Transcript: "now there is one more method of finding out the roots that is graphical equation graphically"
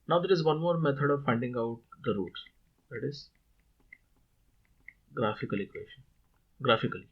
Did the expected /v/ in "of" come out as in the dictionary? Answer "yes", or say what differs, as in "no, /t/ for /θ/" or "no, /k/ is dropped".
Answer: yes